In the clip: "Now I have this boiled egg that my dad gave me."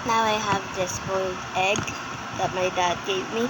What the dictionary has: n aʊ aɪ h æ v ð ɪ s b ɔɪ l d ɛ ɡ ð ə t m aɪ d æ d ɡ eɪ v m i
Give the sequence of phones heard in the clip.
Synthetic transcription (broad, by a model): n aʊ aɪ h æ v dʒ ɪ s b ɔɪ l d ɛ ɡ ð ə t m aɪ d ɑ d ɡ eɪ p m i